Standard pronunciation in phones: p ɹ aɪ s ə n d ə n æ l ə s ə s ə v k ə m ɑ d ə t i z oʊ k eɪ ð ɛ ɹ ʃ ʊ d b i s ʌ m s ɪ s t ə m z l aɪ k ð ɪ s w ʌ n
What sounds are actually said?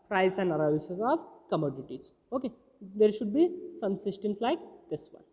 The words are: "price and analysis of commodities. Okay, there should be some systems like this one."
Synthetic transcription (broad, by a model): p ɹ aɪ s ə n d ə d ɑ ə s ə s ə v k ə m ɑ d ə t i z oʊ k eɪ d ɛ ɹ ʃ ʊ d b i s ʌ m s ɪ s t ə m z l aɪ k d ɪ s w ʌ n